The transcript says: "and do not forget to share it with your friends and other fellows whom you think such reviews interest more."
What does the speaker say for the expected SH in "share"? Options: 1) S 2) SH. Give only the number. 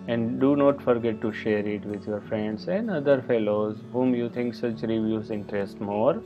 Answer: 2